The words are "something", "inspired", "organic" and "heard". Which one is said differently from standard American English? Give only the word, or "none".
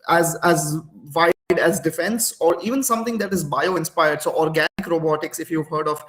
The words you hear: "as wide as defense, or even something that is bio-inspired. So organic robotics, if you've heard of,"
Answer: something